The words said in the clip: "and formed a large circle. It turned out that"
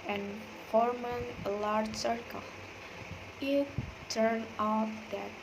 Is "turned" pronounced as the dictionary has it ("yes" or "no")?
no